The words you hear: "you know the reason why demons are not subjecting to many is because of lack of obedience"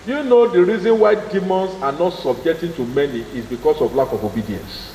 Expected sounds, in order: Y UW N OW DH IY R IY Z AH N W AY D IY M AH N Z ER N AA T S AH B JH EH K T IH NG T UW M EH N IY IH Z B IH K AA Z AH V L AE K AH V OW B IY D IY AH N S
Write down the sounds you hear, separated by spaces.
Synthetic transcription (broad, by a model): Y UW N OW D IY R IY Z AH N W AY D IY M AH N S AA N AA T S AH B JH EH K T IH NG T UW M EH N IY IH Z B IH K AA S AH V L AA K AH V OW B IY D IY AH N S